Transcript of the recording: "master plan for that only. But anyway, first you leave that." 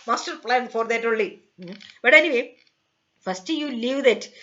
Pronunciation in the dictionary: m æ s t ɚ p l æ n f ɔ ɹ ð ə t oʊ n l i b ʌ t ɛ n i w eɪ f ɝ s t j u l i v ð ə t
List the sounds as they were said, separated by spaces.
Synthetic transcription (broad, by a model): m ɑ s t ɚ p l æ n f ɔ ɹ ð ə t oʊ l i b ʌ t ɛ n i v eɪ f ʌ s t j u l i v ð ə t